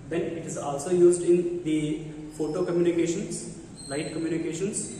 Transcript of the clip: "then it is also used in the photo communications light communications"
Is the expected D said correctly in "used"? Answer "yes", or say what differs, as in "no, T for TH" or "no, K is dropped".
yes